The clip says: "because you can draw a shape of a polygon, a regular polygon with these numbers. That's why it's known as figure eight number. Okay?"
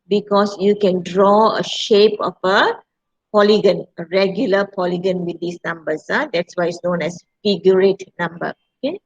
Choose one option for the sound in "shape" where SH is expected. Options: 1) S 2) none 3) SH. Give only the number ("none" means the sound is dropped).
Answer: 3